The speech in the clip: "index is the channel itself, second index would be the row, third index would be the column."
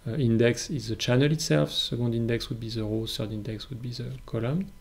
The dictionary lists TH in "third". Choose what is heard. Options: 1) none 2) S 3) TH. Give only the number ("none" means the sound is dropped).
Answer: 2